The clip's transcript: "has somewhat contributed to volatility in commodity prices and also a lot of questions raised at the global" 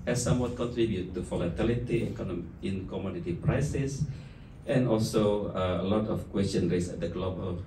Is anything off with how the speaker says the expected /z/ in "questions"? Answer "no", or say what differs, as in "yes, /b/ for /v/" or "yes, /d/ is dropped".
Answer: yes, /z/ is dropped